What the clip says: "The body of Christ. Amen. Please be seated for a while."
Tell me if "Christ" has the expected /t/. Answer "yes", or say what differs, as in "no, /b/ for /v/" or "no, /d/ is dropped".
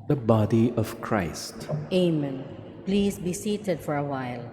yes